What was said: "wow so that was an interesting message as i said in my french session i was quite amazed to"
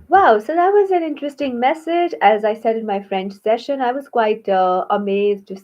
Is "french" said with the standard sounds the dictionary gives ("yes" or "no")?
yes